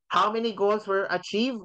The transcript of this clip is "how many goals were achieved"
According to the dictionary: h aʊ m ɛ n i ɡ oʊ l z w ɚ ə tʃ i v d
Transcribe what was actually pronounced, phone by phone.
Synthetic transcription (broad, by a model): h aʊ m ɛ n i ɡ oʊ l z w ɚ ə tʃ i v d